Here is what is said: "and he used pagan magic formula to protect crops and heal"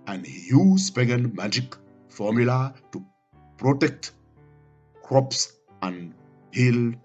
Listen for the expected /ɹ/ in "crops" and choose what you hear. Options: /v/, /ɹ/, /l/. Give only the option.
/ɹ/